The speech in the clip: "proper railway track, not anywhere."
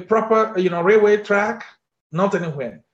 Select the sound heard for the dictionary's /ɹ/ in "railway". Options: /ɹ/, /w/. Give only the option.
/ɹ/